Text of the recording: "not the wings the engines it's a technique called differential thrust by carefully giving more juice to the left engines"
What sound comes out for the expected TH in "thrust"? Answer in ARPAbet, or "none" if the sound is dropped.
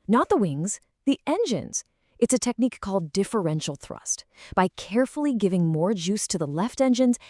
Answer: TH